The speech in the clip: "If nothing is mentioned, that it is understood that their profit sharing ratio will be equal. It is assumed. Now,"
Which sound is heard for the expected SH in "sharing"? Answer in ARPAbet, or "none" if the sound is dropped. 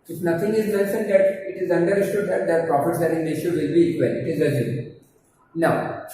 S